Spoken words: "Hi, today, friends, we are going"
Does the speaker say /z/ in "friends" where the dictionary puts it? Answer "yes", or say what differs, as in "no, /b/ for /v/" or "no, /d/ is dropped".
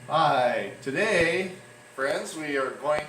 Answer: yes